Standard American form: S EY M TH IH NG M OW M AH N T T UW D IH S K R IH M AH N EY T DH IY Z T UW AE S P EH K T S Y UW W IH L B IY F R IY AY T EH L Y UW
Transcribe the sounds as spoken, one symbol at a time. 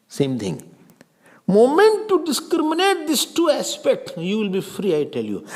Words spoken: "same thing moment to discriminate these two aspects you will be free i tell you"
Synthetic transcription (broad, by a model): S EY M T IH NG M OW M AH N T T UW D IH S K R IH M AH N EY T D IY S T UW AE S P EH K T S Y UW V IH L B IY F R IY AY T EH L Y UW